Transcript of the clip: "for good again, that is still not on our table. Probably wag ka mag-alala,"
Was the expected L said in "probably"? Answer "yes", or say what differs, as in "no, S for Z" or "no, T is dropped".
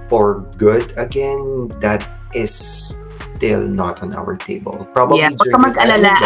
no, L is dropped